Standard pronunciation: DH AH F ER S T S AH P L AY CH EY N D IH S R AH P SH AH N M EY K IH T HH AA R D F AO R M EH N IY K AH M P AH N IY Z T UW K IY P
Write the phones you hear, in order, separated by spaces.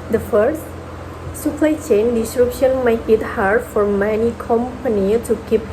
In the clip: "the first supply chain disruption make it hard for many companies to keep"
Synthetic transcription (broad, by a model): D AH F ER S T S AH P L AY CH EY N D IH S R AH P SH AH N M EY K IH T HH AA R D F AO R M EH N IY K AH M P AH N IY T UW K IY P